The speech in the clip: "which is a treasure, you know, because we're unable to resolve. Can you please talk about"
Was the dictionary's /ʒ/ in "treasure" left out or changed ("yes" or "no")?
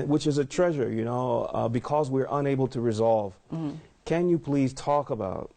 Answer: no